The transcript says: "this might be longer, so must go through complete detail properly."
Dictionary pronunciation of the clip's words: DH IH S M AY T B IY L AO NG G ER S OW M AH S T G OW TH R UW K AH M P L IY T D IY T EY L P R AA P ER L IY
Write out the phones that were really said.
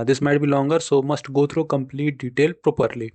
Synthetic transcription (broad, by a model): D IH S M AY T B IY L AO NG G ER S OW M AH S T G OW T R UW K AH M P L IY T D IY T EY L P R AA P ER L IY